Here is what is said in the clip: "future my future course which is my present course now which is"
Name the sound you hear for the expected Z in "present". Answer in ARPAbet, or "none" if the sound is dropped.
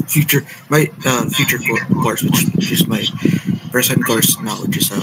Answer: S